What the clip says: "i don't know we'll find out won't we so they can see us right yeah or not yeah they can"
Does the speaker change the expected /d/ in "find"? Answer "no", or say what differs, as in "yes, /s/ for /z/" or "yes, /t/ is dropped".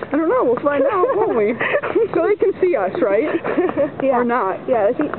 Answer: yes, /d/ is dropped